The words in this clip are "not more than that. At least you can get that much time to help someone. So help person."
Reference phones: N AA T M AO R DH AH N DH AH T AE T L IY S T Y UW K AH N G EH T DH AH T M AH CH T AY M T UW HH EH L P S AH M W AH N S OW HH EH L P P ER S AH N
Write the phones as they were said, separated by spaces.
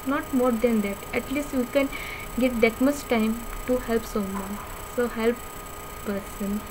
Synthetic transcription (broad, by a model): N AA T M AO R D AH N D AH T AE T L IY S T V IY K AH N G EH T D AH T M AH S T AY M T UW HH EH L P S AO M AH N S OW HH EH L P P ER S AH N